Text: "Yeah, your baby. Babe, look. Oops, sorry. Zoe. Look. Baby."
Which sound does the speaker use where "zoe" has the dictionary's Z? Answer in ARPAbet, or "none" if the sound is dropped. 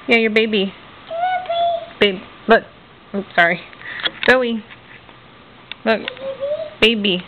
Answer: S